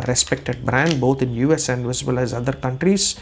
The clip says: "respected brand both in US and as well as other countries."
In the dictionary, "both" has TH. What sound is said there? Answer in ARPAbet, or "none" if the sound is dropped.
T